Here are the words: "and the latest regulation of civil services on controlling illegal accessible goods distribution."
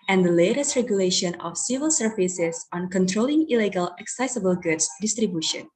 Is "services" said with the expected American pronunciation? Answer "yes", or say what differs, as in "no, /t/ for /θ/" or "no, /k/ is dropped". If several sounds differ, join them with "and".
no, /f/ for /v/